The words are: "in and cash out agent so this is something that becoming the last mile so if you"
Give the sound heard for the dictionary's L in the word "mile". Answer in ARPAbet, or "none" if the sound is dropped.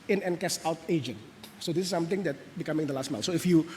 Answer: N